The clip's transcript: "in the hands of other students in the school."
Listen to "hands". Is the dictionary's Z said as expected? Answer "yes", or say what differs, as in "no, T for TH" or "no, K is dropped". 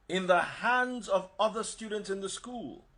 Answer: yes